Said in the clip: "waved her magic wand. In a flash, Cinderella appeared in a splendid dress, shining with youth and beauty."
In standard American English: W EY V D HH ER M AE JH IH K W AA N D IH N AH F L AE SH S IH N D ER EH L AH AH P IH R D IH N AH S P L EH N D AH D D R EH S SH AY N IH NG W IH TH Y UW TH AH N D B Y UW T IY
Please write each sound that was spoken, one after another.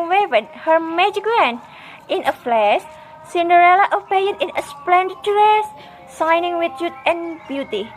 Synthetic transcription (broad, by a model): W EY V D HH ER M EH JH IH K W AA N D IH N AH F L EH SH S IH N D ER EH L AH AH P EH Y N IH N AH S P L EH N D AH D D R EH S S AY N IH NG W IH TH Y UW T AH N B Y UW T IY